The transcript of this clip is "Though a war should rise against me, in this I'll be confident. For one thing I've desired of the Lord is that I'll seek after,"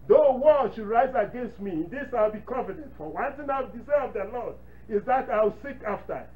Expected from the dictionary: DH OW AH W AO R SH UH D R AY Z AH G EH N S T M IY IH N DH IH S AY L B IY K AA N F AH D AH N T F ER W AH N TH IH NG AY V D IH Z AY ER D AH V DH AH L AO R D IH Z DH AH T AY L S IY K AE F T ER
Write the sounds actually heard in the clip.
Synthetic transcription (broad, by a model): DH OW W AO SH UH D R AY Z AH G EH N S T M IY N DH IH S AY L B IY K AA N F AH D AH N T F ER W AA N T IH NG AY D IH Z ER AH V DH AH L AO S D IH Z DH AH T AY W S IY K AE F T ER